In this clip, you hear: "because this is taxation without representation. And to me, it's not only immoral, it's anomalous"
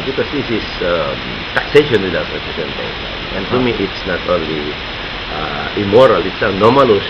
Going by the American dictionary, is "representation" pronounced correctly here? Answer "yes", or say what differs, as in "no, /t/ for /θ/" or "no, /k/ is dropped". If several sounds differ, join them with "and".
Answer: no, /ʃ/ is dropped